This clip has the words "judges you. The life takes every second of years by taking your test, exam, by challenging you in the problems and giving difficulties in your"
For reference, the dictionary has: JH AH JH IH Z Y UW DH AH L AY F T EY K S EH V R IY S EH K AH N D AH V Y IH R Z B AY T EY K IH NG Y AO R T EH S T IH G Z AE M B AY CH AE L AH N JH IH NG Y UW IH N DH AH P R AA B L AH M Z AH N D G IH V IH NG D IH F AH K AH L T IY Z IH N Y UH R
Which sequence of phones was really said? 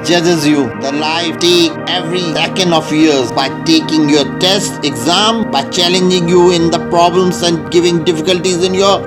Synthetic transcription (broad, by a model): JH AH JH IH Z Y UW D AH L AY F T EY K EH V R IY S EH K AH N D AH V Y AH R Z B AY T EY K IH NG Y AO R T EH S T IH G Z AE M B AY CH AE L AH N JH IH NG Y UW IH N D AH P R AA B L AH M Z AH N D G IH V IH NG D IH F AH K AH L T IY Z IH N Y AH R